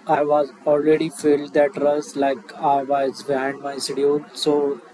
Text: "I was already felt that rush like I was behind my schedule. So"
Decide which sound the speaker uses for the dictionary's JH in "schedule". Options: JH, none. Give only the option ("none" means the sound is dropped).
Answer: none